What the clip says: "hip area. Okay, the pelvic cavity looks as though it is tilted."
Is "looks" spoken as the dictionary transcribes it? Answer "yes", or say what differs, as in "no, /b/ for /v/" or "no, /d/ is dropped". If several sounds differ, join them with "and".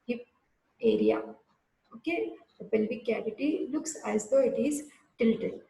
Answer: yes